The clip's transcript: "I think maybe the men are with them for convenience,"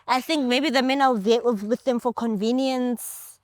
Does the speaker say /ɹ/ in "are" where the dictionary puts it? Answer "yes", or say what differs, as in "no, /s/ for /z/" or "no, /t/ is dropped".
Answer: no, /w/ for /ɹ/